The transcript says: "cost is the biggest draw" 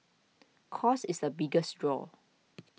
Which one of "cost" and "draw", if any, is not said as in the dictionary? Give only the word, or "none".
cost